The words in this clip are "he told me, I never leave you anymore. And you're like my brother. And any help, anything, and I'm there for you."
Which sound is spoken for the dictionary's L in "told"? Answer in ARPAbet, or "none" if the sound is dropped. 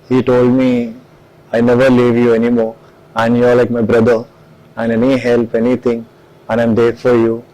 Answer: L